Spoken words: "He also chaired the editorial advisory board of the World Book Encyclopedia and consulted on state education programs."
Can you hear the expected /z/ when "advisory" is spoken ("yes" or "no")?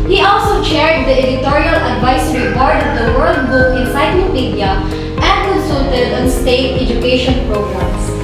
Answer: no